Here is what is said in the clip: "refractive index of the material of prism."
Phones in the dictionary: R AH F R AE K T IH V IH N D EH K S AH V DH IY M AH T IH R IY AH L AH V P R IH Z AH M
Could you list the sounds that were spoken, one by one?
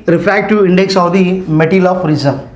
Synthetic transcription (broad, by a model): R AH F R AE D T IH IH N D EH K S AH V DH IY M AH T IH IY L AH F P R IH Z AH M